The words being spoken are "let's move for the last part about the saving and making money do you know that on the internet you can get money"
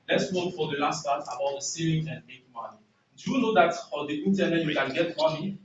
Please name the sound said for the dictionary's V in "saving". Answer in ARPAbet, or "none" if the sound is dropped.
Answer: none